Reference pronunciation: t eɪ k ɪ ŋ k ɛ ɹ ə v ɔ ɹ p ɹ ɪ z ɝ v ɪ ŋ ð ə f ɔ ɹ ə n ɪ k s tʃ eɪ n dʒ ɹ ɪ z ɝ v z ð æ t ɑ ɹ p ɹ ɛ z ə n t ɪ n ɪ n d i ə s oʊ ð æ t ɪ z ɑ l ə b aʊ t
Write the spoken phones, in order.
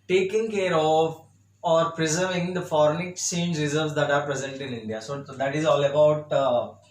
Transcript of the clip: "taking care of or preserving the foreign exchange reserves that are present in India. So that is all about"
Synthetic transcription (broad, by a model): t eɪ k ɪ ŋ k ɛ ɹ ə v ɔ ɹ p ɹ ɪ z ɝ v ɪ ŋ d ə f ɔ ɹ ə n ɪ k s eɪ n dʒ ɹ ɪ z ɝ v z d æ t ɑ ɹ p ɹ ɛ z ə n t ɪ n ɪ n d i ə s oʊ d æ t ɪ z ɑ l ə b aʊ t